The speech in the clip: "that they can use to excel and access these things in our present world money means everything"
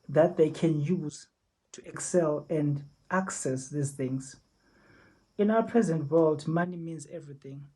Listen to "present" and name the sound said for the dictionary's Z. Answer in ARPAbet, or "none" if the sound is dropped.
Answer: Z